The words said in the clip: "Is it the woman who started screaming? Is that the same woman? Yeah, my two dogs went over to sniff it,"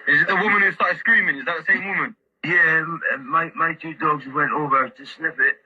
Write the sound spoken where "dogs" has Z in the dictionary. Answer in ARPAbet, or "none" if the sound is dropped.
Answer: Z